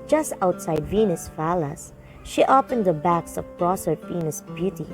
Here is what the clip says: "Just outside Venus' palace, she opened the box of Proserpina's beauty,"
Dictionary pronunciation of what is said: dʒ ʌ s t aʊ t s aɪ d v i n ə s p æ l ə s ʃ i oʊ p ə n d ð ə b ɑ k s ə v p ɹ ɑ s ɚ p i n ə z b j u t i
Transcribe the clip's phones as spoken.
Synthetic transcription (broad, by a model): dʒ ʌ s t aʊ t s aɪ d v i n ə s f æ l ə s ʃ i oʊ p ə n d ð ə b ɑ k s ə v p ɹ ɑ s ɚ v i n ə s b j u t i